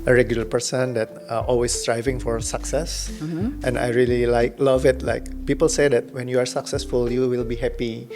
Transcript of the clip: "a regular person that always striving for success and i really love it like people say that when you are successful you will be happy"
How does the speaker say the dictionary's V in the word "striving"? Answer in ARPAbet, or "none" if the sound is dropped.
V